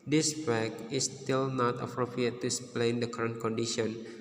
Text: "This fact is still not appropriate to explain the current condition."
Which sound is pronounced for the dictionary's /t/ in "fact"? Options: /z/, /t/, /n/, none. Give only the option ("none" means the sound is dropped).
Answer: none